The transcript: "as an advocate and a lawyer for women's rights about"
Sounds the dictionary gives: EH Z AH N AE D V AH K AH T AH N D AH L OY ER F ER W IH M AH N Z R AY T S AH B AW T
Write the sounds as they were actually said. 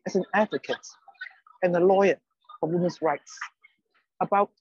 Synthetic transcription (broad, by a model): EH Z AH N AE D V AH K AH T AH N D AH L OY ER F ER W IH M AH N S R AY T S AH B AW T